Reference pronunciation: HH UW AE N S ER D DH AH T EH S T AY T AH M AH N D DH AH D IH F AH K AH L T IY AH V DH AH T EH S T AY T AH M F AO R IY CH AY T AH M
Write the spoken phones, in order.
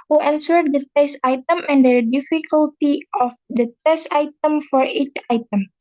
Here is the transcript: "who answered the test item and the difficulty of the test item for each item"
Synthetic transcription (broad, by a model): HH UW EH N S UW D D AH T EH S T AY T AH M AH N D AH D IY F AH K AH L T IY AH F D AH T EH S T AY T AH M F AO R IY CH AY T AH M